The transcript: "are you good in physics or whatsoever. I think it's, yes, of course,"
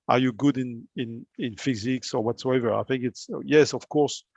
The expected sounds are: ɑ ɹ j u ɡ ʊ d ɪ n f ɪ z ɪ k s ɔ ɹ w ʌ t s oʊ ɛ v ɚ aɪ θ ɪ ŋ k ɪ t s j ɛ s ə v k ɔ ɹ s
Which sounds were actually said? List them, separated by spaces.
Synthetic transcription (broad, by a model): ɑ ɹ j u ɡ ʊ d ɪ n f ɪ z ɪ k s ɔ ɹ w ʌ t s oʊ ɛ v ɚ aɪ θ ɪ ŋ k ɪ t s j ɛ s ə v k ɔ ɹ s